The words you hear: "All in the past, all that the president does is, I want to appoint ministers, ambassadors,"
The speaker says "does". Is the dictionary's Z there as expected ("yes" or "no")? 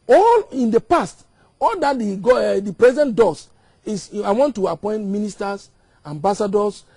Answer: no